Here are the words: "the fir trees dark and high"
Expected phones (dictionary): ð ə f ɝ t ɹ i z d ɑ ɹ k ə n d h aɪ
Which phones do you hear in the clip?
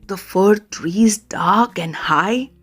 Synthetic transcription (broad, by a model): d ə f ɝ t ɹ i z d ɑ ɹ k ə n d h aɪ